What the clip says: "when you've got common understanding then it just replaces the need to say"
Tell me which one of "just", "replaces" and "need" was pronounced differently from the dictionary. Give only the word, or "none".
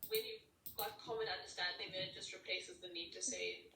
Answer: none